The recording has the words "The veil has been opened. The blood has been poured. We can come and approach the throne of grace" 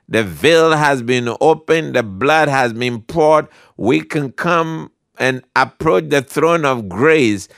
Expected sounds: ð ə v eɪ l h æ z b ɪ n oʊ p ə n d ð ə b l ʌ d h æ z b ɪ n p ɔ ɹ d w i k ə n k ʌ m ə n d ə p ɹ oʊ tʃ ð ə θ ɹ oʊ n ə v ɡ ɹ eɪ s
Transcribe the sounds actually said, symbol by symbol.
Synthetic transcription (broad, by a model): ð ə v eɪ l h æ z b ɪ n oʊ p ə n ð ə b l ʌ d h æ z b ɪ n p ɔ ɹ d w i k ə n k ʌ m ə n ə p ɹ oʊ tʃ ð ə θ ɹ oʊ n ə v ɡ ɹ eɪ s